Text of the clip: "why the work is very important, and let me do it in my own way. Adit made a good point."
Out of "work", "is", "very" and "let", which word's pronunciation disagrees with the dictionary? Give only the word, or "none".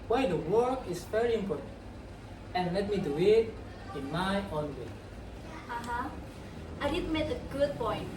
is